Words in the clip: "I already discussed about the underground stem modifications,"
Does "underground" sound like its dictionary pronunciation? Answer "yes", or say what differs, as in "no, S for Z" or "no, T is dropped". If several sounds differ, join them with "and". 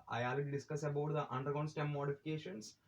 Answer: no, R is dropped